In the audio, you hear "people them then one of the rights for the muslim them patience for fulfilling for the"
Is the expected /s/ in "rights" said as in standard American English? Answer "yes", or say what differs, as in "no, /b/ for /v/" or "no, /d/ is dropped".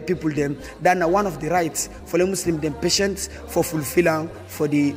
yes